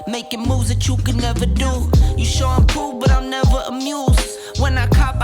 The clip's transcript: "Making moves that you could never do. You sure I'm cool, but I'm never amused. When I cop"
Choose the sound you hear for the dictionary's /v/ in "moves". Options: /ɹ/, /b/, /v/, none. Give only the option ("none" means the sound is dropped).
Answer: none